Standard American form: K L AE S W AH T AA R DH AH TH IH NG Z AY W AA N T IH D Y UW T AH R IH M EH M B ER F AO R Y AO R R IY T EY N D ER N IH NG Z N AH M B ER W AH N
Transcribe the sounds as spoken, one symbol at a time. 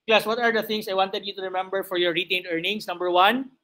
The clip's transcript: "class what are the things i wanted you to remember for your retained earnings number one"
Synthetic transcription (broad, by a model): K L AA S W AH T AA R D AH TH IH NG S AY W AA N T IH D Y UW T AH R IH M EH M B ER F AO R Y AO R R IY T EY N D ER N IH NG S N AH M B ER W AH N